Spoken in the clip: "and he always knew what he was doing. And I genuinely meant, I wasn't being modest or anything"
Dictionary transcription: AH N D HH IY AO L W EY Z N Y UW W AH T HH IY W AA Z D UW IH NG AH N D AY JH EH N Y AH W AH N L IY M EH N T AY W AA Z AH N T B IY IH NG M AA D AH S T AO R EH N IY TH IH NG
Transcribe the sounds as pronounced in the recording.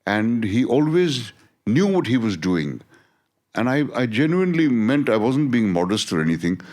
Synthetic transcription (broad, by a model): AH N D HH IY AO L W EY Z N Y UW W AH T HH IY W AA Z D UW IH NG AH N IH AY JH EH N Y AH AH N L IY M EH N T AY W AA Z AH N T B IY IH NG M AA D AH S T AO R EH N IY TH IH NG